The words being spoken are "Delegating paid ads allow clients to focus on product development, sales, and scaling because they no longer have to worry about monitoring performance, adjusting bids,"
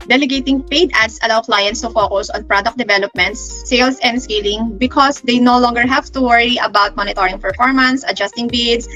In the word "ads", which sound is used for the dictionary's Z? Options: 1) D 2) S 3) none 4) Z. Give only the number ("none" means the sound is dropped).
2